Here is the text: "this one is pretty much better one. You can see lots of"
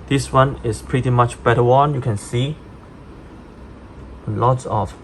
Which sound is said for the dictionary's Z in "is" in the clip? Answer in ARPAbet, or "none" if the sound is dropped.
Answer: S